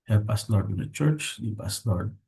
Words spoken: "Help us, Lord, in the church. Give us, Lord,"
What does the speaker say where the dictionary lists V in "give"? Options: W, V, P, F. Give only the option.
P